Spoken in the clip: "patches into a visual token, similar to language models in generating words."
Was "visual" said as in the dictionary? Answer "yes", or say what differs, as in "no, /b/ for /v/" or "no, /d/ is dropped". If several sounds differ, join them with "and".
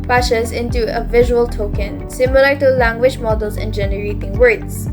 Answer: yes